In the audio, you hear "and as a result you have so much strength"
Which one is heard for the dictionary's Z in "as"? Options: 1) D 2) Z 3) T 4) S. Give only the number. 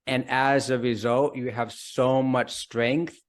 2